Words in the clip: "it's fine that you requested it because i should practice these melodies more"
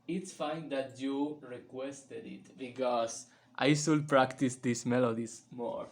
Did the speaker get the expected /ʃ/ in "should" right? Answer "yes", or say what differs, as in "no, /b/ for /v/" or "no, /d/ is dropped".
no, /s/ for /ʃ/